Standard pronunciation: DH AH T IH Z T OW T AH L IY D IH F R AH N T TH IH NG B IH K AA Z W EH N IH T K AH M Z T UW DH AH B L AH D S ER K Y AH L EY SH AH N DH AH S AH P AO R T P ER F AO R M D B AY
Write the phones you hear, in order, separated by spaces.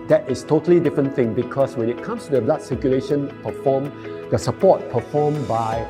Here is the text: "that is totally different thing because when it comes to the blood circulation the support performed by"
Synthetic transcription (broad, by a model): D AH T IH S T OW T AH L IY D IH F R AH N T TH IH NG B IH K AA S W EH N IH T K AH M S T UW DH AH B L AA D S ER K Y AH L EY SH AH N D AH S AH P AO T P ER F AO M B AY